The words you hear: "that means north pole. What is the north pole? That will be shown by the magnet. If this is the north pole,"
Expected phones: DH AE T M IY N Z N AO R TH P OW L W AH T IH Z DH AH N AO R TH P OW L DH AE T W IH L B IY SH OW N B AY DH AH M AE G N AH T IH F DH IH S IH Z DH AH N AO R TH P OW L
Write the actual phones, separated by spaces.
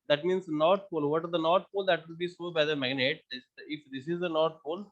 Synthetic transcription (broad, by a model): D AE T M IY N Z N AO R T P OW L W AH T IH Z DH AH N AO R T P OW L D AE T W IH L B IY S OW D B AY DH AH M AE G N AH T IH F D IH S IH Z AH N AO R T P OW L